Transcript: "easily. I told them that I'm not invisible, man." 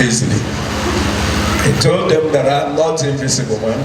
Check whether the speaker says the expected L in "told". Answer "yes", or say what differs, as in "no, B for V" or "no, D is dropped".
yes